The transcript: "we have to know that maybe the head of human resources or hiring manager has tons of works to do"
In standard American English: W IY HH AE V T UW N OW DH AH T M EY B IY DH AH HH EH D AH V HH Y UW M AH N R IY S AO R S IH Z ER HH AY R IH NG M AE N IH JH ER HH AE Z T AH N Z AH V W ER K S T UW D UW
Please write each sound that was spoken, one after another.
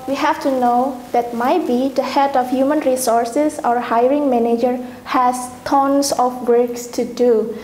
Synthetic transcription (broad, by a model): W IY HH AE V T UW N OW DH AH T M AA B IY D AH HH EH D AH F HH Y UW M AH N R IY S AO R S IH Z ER HH AY R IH NG M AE N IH JH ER HH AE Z T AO N S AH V W ER K S T UW D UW